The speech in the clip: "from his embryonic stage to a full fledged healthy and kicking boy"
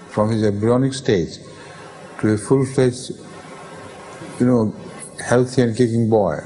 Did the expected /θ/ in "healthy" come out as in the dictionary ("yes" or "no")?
no